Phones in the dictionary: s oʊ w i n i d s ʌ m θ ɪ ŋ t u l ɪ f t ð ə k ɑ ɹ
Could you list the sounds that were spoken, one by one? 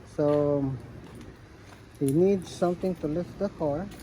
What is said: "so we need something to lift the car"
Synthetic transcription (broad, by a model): s oʊ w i n i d s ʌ m t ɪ ŋ t u l ɪ f t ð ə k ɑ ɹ